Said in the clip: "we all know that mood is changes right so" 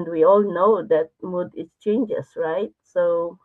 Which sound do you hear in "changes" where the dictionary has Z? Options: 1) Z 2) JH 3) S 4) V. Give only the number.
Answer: 3